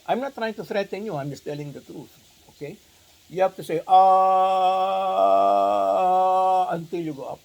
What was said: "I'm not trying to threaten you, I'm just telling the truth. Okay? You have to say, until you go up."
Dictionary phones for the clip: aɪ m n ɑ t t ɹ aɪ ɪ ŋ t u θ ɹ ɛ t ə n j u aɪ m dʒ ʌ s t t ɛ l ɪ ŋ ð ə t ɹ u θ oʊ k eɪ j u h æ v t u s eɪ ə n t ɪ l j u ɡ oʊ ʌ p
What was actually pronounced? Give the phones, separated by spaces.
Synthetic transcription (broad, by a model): aɪ m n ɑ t t ɹ aɪ ɪ ŋ t u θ ɹ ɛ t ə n j u aɪ m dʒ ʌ s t t ɛ l ɪ ŋ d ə t ɹ u t oʊ k eɪ j u h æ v t u s eɪ ə n t ɪ l j u ɡ oʊ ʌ p